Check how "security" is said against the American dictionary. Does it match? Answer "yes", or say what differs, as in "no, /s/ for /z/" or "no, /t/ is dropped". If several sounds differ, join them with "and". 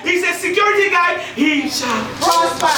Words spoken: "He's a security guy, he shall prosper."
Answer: yes